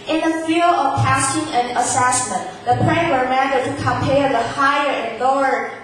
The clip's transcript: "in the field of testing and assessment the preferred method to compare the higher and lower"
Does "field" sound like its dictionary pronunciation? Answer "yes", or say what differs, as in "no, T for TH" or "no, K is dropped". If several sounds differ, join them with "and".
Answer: no, D is dropped